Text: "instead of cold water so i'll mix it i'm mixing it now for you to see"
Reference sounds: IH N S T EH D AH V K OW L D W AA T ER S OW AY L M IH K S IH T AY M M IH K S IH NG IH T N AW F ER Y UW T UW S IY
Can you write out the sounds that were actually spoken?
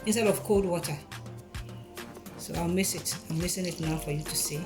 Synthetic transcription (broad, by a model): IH N S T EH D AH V K OW L D W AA T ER S OW AY M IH S IH T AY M M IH S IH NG IH T N AW F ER Y UW T UW S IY